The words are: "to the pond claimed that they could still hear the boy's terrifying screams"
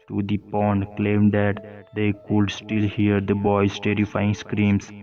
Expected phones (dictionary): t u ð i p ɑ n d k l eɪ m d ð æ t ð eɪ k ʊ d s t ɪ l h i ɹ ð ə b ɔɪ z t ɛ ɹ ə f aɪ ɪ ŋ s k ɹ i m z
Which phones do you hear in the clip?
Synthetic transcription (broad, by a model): t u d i p ɑ n d k l eɪ m d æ t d eɪ k ʊ d s t ɪ l h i ɹ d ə b ɔɪ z t ɛ ɹ ə f aɪ ɪ ŋ s k ɹ i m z